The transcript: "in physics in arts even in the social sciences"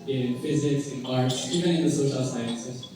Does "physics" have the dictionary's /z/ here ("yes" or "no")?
yes